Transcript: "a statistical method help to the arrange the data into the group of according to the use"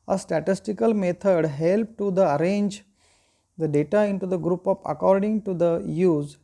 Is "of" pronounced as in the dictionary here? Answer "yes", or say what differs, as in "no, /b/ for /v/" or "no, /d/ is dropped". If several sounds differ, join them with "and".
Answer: no, /p/ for /v/